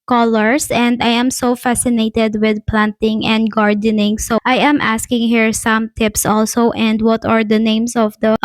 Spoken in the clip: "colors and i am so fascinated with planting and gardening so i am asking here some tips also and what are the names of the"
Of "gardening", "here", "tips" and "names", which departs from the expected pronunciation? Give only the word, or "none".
names